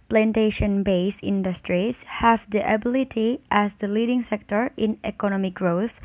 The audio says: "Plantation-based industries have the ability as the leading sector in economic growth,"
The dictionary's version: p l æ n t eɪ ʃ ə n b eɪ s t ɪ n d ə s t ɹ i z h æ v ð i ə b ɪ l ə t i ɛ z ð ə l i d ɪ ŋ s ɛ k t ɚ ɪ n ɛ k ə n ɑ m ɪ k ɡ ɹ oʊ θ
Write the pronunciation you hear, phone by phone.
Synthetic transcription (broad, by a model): p l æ n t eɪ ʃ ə n b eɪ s ɪ n d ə s t ɹ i s h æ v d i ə b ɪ l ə t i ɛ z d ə l i d ɪ ŋ s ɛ k t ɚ ɪ n ɛ k ə n ɑ m ɪ k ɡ ɹ oʊ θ